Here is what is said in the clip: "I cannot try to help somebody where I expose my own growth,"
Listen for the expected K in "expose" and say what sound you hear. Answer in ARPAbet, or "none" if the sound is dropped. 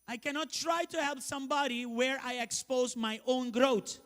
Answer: K